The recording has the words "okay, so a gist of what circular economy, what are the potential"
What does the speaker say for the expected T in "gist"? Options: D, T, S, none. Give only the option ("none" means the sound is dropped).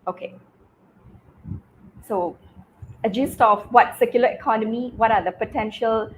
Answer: T